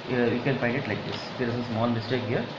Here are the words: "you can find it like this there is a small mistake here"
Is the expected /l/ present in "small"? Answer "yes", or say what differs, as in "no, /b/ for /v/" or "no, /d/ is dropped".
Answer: no, /n/ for /l/